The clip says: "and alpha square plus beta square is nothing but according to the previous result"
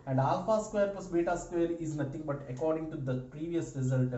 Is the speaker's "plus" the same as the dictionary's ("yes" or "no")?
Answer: no